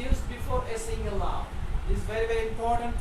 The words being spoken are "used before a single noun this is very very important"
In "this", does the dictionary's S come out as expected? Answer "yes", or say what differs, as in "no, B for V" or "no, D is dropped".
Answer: no, S is dropped